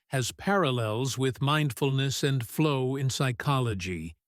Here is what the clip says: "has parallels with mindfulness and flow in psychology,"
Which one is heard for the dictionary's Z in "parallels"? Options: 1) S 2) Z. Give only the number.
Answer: 2